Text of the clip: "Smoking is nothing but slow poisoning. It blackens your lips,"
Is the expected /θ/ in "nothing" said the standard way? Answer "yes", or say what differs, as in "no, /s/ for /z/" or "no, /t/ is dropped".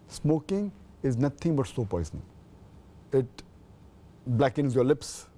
no, /t/ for /θ/